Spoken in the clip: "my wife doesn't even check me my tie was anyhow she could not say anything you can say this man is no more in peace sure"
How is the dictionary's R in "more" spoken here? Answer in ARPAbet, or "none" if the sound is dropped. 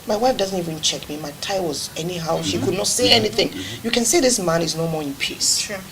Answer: R